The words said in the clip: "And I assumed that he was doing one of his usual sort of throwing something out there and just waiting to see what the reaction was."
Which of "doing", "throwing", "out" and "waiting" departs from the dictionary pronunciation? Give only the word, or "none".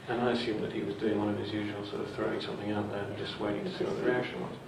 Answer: none